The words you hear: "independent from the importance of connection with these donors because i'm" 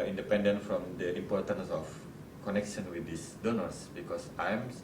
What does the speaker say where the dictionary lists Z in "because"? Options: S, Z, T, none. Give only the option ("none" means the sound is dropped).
S